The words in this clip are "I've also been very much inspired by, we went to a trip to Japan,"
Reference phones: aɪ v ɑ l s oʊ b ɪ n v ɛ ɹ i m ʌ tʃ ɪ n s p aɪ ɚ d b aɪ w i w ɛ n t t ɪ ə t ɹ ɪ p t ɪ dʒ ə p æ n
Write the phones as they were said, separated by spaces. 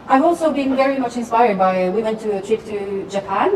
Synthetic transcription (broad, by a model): aɪ v ɑ l s oʊ b ɪ n v ɛ ɹ i m ʌ tʃ ɪ n s p aɪ ɚ d b aɪ w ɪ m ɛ n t t ɪ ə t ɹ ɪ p t ɪ dʒ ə p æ n